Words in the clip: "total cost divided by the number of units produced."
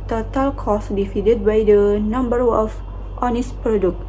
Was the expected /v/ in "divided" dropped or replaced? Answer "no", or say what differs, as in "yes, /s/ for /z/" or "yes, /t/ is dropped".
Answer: yes, /f/ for /v/